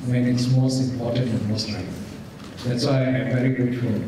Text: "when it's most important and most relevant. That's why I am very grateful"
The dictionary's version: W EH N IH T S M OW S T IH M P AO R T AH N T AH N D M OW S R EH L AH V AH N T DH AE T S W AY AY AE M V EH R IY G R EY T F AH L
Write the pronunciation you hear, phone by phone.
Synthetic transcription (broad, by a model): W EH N IH T S M OW S T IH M P AO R T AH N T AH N M OW S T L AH AH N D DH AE T S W AY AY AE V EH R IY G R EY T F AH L